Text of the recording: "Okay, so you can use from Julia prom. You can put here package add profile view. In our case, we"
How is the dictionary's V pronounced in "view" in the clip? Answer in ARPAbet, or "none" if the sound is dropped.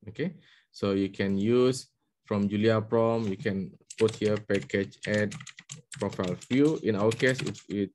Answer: F